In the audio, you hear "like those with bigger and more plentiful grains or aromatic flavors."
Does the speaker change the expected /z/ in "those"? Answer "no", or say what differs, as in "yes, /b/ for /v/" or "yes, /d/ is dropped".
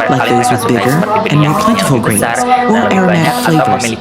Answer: no